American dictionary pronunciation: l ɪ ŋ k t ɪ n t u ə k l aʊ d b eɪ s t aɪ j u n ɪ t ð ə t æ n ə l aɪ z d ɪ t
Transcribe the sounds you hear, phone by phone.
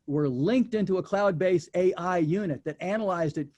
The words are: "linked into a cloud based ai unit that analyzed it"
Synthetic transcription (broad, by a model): l ɪ ŋ k t ɪ n t u ə k l aʊ d b eɪ s t aɪ j u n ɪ t ð ə t æ n ə l aɪ z d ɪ t